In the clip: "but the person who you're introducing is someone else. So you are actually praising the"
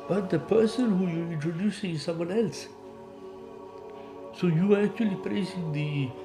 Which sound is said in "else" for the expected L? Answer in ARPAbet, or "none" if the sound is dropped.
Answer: L